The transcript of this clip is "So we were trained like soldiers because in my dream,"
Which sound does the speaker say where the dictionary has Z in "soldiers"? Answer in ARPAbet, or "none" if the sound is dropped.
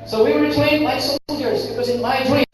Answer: Z